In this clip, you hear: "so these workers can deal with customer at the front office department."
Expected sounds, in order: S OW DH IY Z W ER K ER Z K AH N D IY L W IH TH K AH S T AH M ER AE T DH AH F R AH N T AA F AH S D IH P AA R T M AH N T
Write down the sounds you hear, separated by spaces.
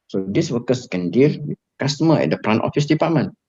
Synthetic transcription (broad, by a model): S OW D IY S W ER K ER S K AH N D IY L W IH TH K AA S T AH M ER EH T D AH P R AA N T AA F AH S D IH P AA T M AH N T